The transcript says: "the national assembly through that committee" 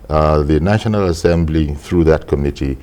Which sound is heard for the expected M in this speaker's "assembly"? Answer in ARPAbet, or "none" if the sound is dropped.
M